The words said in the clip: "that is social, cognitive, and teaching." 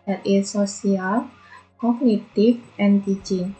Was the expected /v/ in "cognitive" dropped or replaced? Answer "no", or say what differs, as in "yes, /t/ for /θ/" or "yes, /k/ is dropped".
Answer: yes, /f/ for /v/